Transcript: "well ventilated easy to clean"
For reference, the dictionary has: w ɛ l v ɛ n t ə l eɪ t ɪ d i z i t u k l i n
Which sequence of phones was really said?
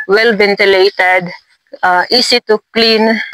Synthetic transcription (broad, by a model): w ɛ l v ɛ n t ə l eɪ t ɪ d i s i t u k l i n